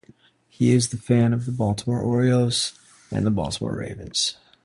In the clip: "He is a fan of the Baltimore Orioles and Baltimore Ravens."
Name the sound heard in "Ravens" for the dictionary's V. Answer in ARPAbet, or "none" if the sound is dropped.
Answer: V